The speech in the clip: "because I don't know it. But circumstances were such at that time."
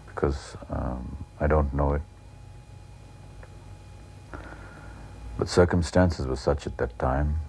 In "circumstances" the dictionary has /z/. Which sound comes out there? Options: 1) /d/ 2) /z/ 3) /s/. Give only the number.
2